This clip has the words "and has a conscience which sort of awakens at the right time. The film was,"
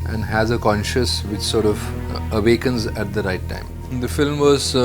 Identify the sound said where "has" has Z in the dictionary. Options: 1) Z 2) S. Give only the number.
1